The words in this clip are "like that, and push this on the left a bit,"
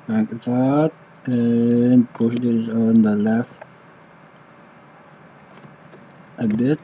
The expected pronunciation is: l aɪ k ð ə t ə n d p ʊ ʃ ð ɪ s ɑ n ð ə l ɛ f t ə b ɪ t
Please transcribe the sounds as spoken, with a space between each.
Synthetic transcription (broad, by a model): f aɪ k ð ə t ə n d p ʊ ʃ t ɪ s ɑ n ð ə l ɛ f t ə b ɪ t